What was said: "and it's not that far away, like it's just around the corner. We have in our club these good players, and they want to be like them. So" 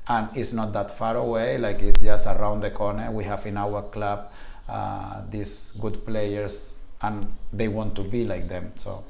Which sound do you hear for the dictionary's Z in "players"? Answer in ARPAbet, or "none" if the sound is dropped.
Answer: S